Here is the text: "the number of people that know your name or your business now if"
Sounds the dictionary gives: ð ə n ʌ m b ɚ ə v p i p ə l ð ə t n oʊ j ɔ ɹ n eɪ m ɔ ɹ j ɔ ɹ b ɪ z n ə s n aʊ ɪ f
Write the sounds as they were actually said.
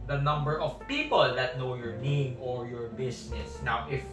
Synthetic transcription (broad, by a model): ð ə n ʌ m b ɚ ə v p i p ə l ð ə t n oʊ j ɔ ɹ n eɪ m ɔ ɹ j ɔ ɹ b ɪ s n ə s n aʊ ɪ f